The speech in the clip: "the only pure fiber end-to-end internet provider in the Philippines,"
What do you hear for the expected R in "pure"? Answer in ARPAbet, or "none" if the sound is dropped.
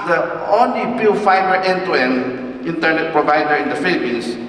L